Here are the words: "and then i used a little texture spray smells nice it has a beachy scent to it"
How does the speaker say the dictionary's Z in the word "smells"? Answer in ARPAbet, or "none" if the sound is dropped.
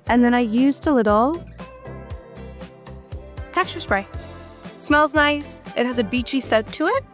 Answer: Z